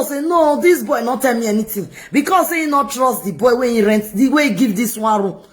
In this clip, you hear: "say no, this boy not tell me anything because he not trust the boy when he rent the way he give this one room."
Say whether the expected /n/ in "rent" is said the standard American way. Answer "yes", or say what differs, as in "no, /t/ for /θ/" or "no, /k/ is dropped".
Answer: yes